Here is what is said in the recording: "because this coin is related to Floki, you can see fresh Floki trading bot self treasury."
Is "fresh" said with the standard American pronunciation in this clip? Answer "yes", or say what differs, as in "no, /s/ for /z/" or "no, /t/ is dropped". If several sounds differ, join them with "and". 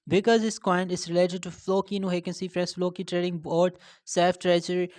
no, /s/ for /ʃ/